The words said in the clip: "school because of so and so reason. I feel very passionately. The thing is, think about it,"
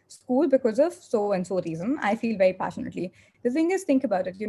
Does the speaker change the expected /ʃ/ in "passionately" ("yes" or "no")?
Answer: no